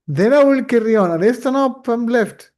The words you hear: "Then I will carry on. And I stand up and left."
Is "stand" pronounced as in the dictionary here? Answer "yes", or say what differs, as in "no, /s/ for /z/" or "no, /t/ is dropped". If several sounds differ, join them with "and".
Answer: no, /d/ is dropped